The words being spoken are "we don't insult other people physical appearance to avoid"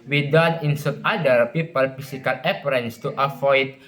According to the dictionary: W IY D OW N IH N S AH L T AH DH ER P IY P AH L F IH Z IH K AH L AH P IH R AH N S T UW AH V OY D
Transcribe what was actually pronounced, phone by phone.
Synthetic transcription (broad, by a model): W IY D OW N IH N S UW T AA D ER P IY P AH L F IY S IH K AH L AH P R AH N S T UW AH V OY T